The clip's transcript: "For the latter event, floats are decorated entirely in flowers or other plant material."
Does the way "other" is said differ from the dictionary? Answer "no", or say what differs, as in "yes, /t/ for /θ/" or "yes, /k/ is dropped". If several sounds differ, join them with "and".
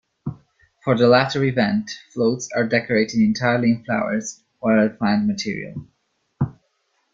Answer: yes, /ð/ is dropped